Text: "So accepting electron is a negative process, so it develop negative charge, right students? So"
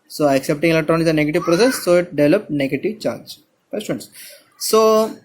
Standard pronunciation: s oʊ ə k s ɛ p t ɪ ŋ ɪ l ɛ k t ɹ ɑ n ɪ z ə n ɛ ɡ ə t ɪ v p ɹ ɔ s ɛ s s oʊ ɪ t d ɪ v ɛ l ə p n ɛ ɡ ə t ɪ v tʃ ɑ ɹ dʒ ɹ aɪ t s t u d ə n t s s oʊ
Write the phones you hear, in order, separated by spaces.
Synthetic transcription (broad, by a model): s oʊ ə k s ɛ p t ɪ ŋ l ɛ t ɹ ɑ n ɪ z ə n ɛ ɡ ə t ɪ v p ɹ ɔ s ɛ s s oʊ ɪ t d ɪ v ɛ l ə p n ɛ ɡ ə t ɪ v tʃ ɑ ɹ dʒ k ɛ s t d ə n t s s oʊ